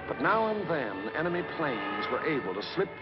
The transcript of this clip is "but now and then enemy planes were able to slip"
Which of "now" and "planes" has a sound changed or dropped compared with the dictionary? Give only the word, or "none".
none